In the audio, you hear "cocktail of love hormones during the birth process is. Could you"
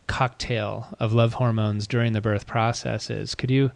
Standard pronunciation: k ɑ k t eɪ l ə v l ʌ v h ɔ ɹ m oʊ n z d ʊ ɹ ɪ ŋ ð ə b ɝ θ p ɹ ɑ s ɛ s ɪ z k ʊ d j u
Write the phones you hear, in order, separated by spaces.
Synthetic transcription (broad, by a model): k ɑ k t eɪ l ə v l ʌ v h ɔ ɹ m oʊ n z d ʊ ɹ ɪ ŋ ð ə b ɝ θ p ɹ ɑ s ɛ s ɪ z k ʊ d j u